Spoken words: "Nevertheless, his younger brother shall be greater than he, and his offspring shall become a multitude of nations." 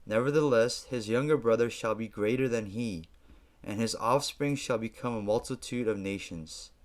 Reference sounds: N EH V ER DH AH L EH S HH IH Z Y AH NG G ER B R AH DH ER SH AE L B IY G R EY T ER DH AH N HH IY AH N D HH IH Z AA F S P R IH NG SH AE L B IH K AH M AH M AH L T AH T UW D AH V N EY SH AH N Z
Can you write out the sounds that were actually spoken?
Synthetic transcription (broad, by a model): N EH V ER DH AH L EH S HH IH Z Y AH NG G ER B R AH DH ER SH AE L B IY G R EY T ER DH AH N IY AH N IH Z AA F S P R IH NG SH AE L B IH K AH M AH M AH L T AH T UW D AH V N EY SH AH N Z